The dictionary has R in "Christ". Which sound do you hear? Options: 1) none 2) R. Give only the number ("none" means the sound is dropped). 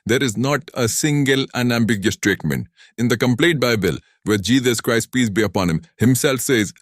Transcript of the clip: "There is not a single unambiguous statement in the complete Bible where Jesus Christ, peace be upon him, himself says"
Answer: 2